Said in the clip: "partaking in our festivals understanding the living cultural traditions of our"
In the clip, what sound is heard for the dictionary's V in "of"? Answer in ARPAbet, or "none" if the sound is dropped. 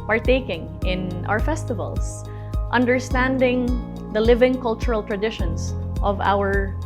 V